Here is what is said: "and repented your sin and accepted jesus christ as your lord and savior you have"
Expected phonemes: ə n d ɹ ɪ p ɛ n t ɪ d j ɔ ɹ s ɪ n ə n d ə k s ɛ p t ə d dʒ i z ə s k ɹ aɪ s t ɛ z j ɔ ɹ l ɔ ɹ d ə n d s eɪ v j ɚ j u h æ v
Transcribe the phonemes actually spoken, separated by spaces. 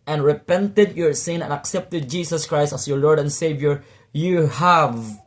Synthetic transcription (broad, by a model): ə n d ɹ ɪ p ɛ n t ɪ d j ɔ ɹ s ɪ n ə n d ə k s ɛ p t ə d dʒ i s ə s k ɹ aɪ s t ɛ s j ɔ ɹ l ɔ ɹ d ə n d s eɪ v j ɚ j u h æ v